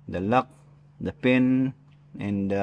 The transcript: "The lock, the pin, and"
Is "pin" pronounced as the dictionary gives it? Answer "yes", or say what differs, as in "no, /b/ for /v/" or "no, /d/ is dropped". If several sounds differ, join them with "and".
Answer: yes